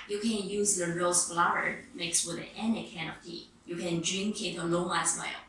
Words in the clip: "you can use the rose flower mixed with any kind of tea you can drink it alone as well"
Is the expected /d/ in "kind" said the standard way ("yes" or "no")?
no